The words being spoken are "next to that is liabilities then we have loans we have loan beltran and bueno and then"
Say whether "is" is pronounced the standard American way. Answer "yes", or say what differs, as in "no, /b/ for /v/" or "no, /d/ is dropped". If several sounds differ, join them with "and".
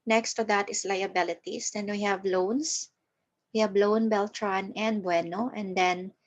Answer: no, /s/ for /z/